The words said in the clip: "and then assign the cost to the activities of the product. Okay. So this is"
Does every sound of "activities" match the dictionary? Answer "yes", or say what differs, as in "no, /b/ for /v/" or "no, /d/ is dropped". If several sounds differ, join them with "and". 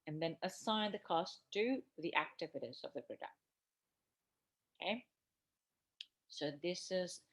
yes